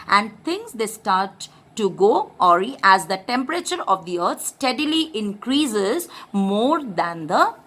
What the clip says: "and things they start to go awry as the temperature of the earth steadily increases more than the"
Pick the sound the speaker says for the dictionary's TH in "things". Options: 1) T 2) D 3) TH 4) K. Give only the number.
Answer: 1